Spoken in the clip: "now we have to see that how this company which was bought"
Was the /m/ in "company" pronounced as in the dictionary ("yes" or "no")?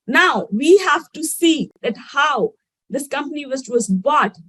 yes